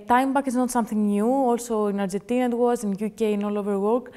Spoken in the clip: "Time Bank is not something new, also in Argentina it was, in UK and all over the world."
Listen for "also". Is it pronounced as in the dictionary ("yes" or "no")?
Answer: yes